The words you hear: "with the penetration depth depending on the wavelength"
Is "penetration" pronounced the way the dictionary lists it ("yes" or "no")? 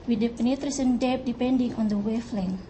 no